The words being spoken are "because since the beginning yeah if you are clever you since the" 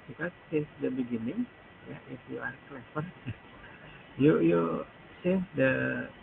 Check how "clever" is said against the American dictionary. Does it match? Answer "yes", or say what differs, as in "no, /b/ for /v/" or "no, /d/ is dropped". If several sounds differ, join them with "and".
no, /f/ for /v/